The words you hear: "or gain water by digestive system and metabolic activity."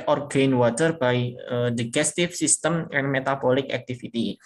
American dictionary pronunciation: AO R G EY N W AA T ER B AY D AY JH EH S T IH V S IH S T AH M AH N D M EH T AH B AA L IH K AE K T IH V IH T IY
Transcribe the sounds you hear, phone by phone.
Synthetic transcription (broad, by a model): AO R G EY N W AA T ER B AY D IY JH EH S T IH F S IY S T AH M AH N M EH T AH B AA L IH K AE K T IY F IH T IY